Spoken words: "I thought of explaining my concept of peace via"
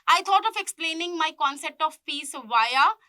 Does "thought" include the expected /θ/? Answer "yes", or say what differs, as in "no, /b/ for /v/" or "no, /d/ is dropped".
no, /t/ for /θ/